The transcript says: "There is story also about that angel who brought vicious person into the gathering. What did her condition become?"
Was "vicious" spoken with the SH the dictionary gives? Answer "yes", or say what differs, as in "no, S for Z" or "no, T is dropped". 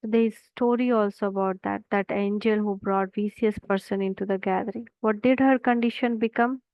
no, S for SH